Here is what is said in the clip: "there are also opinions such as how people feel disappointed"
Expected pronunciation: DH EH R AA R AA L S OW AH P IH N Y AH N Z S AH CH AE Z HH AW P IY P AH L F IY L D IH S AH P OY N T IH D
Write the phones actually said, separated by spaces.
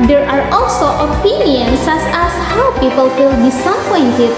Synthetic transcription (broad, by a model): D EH R AA R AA L S OW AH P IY N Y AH N S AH S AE S HH AW P IY P AH L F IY L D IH S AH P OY N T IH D